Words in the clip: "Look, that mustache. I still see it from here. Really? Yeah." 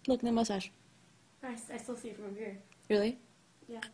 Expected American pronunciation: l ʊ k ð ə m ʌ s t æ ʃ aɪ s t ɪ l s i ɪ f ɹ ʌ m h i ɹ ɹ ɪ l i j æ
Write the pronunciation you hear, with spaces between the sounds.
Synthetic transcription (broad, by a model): l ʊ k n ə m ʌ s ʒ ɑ s aɪ s t ɪ l s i ɪ f ɹ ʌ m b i ɹ ɹ ɪ l i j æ